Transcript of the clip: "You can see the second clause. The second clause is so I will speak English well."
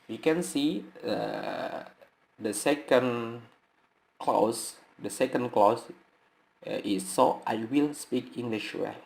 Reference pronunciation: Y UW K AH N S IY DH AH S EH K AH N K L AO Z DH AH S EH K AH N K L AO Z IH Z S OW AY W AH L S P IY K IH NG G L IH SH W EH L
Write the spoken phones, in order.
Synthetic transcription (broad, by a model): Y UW K AH N S IY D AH S EH K AH N K L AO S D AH S EH K AH N K L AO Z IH S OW AY W AH L S P IY K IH NG G L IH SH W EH